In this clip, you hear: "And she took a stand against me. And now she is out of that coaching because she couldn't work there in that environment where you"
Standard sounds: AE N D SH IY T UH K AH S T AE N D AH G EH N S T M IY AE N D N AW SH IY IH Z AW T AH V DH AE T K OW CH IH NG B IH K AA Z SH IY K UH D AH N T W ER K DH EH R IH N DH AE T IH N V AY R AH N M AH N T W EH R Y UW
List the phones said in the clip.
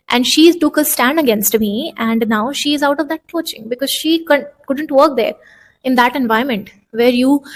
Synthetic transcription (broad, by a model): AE N D SH IY T UH K AH S T AE N D AH G EH N S T M IY AE N D N AW SH IY IH Z AW T AH V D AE T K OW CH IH NG B IH K AA Z SH IY K UH D AH N T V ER K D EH R IH N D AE T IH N V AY AH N M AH N T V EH R Y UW